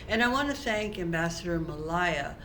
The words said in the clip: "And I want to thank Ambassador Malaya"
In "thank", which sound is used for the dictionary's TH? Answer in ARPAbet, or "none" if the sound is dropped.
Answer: TH